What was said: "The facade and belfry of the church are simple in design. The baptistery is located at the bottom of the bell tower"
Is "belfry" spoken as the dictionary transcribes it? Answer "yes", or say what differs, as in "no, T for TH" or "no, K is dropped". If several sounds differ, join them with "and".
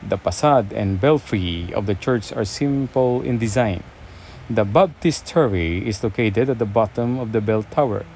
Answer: yes